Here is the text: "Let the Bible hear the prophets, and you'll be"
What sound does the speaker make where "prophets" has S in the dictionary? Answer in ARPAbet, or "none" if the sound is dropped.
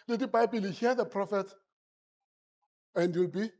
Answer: none